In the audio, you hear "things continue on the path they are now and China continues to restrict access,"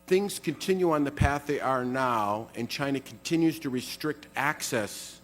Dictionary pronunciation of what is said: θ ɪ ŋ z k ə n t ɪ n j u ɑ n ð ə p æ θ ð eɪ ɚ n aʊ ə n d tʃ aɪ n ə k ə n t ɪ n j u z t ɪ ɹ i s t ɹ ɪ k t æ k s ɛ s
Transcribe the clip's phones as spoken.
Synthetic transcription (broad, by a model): θ ɪ ŋ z k ə n t ɪ n j u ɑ n ð ə p æ θ ð eɪ ɚ n aʊ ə n tʃ aɪ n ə k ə n t ɪ n j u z t ɪ ɹ i s t ɹ ɪ k t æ k s ɛ s